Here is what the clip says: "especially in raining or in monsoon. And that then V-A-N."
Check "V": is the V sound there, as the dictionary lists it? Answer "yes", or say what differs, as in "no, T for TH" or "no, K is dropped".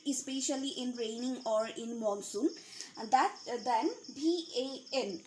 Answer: no, B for V